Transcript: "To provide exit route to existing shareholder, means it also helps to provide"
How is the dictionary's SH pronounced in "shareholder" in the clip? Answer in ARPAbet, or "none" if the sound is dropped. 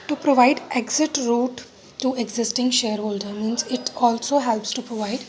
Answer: SH